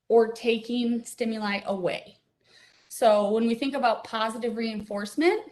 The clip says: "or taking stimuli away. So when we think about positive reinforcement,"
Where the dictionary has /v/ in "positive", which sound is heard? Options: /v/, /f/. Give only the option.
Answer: /v/